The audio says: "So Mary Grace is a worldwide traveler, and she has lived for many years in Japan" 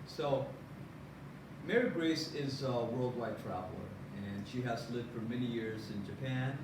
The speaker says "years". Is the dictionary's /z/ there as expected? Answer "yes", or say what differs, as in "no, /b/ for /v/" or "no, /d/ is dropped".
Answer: yes